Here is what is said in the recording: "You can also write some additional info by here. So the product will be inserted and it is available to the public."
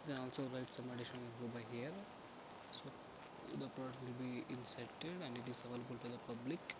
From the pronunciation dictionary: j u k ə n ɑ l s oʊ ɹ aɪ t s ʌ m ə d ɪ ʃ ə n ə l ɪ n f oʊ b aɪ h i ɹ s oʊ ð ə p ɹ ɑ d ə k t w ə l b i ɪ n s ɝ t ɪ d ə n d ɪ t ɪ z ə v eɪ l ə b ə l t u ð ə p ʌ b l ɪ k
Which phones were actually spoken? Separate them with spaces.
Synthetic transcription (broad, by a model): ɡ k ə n ɑ l s oʊ ɹ aɪ t s ʌ m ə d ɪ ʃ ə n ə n oʊ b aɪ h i ɹ s oʊ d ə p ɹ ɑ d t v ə l b i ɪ n s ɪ t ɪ d ə n d ɪ t ɪ z ə v eɪ l ə b ə l t u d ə p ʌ b l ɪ k